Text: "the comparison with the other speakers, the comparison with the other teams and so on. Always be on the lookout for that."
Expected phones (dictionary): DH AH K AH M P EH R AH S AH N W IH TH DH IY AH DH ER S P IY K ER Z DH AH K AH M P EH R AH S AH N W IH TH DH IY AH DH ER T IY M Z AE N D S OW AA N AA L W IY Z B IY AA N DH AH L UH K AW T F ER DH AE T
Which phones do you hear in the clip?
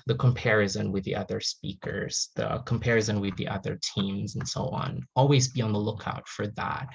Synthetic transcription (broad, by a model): DH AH K AH M P EH R AH S AH N W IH DH IY AH DH ER S P IY K ER Z DH AH K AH M P EH R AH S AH N W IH DH IY AH DH ER T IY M Z N S OW AA N AA L W IY Z B IY AA N DH AH L UH K AW T F ER DH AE T